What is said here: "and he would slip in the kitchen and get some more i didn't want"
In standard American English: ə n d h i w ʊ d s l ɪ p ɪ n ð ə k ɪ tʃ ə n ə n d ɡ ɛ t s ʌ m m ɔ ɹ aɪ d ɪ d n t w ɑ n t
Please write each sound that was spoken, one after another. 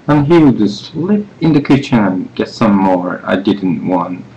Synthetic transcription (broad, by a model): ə n h i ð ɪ s l ɪ p ɪ n ð ə k ɪ tʃ ə n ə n ɡ ɛ t s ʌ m m ɔ ɹ aɪ d ɪ d n t w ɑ n t